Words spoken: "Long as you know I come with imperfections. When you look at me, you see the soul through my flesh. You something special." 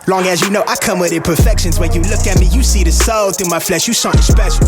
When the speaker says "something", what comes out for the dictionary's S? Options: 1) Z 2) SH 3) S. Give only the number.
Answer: 2